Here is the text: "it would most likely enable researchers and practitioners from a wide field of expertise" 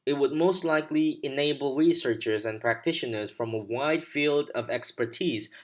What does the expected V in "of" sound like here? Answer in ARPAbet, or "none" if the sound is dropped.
V